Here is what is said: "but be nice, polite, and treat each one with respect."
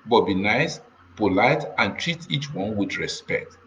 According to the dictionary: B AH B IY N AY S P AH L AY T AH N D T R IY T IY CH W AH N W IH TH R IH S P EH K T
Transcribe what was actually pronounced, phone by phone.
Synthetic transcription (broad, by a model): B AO B IY N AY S P AH L AY T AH N T R IY T IY CH W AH N W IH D R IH S P EH K T